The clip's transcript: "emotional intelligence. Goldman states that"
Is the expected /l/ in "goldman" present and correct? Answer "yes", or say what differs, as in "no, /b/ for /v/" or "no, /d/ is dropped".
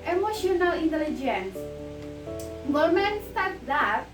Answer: no, /l/ is dropped